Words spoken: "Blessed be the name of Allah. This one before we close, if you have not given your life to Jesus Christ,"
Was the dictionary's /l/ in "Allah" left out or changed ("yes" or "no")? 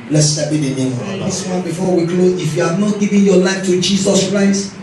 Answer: yes